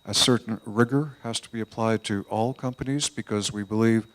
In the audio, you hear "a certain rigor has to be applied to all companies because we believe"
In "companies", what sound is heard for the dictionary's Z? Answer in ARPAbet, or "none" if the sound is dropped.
Z